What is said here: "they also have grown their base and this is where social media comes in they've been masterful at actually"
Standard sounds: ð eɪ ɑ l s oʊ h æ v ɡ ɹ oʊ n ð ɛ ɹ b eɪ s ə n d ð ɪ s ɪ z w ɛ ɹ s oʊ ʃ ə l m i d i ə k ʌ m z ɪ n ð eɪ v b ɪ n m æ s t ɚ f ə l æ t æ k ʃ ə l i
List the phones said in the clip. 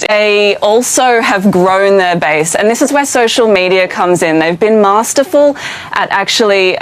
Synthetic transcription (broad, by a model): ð eɪ ɑ l s oʊ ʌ v ɡ ɹ oʊ n ð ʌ ɹ b eɪ s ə n ð ɪ s ɪ z w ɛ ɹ s oʊ ʃ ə l m i d i ə k ʌ m z ɪ n ð eɪ v b ɪ n m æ s t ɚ f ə l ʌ t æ k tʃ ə l i